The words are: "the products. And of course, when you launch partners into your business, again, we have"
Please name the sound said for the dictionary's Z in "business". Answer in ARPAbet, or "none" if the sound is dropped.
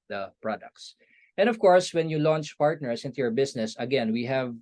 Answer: S